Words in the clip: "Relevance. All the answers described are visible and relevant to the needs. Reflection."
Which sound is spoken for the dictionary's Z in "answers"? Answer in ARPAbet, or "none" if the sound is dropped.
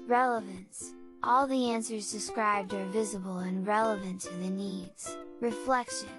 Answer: Z